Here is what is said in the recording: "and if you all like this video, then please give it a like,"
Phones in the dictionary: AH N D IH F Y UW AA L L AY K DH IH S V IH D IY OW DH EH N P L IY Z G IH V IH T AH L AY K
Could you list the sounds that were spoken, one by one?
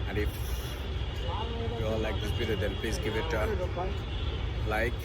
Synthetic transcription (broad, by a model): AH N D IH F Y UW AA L L AY K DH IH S B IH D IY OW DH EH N P L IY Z G IH V IH T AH L AY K